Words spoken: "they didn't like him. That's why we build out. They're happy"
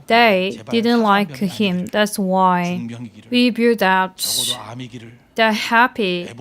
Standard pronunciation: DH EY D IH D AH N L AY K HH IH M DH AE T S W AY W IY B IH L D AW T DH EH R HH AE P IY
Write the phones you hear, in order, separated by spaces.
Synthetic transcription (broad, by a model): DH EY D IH D N L AY K HH IH M DH AE T S W AY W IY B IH D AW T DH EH HH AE P IY